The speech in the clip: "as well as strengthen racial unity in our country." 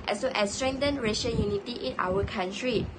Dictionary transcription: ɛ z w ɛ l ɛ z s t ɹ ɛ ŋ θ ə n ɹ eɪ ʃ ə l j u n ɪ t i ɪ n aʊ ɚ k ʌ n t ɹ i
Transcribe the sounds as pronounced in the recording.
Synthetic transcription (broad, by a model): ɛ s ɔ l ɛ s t ɹ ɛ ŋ t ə n ɹ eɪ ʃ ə n j u n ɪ t i ɪ n aʊ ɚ k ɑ n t ɹ i